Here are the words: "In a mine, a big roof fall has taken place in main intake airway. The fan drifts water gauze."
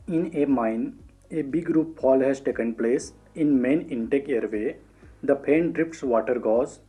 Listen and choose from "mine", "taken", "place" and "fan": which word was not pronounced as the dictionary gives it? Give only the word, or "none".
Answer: fan